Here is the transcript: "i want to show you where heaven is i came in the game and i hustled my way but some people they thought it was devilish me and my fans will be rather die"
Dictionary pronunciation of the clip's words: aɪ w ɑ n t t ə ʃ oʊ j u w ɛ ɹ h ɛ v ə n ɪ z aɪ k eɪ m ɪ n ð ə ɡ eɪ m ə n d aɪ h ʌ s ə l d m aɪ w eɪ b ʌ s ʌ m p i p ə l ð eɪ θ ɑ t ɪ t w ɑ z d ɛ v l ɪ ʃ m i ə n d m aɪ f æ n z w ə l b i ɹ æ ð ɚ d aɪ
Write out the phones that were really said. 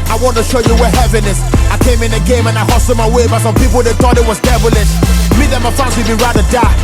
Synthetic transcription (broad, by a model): aɪ w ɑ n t t ə ʃ oʊ j u w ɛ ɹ h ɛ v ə n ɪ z aɪ k eɪ m ɪ n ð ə ɡ eɪ m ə n aɪ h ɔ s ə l m aɪ w eɪ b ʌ s ʌ m p i p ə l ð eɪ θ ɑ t ɪ t w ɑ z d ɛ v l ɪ s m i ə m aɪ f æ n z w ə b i ɹ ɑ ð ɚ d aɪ